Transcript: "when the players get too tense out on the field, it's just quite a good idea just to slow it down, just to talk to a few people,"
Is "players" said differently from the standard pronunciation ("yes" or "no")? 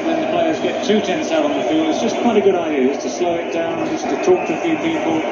no